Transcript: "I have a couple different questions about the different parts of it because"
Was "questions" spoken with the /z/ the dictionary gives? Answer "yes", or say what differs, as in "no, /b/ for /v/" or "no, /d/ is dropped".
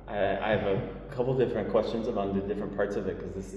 yes